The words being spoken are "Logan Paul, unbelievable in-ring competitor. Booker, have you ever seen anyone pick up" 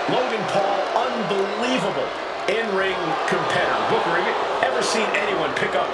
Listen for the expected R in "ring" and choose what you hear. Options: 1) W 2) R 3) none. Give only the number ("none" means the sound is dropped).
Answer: 2